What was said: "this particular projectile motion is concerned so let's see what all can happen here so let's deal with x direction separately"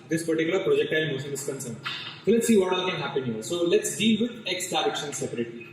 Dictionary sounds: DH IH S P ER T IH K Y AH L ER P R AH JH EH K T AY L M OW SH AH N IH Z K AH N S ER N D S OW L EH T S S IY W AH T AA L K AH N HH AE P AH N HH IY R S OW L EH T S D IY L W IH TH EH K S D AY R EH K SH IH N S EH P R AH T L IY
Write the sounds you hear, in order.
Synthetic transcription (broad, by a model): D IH S P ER T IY K Y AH L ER P R AH JH EH K T AY L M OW S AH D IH S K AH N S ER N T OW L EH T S S IY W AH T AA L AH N HH AE P AH N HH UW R S OW L EH T S D IY L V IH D EH K S D AY R EH K SH IH N S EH P R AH T L IY